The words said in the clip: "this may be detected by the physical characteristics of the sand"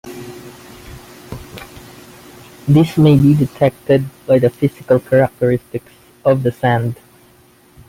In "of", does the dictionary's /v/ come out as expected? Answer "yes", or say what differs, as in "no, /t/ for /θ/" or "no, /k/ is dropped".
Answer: yes